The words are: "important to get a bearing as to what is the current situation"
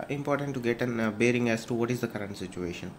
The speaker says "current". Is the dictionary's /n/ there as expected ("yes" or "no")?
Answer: yes